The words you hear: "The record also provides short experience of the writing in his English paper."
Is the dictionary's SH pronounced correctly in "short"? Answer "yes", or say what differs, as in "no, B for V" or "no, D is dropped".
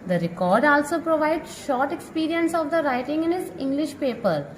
yes